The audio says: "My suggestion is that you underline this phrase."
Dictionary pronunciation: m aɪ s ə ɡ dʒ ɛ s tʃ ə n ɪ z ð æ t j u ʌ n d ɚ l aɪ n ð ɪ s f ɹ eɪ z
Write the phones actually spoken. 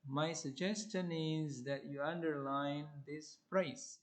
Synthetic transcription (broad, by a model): m aɪ s ə ɡ dʒ ɛ s tʃ ə n ɪ z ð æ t j u ʌ n d ɚ l aɪ n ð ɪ s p ɹ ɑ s